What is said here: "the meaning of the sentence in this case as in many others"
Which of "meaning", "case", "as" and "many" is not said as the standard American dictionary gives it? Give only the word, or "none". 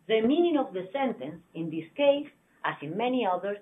as